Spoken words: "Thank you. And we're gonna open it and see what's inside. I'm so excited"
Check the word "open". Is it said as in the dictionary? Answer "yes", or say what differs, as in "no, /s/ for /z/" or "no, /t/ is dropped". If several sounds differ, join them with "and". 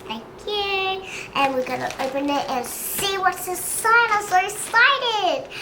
yes